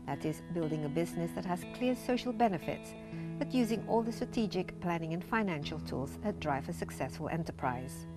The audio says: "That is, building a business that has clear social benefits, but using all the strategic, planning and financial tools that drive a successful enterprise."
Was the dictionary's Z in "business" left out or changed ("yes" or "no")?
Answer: no